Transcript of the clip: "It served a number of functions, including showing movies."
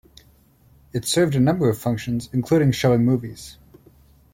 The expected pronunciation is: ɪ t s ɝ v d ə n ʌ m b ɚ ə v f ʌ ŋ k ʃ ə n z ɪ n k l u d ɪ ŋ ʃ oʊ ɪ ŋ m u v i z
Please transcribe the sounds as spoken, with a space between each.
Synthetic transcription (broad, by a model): ɪ t s ɝ v d ə n ʌ m b ɚ ə v f ʌ ŋ k ʃ ə n z ɪ n k l u d ɪ ŋ ʃ oʊ ɪ ŋ m u v i z